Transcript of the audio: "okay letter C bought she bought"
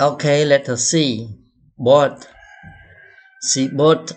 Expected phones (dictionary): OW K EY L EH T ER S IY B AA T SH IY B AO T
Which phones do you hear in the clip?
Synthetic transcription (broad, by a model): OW K EY L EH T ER S IY B AA T S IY B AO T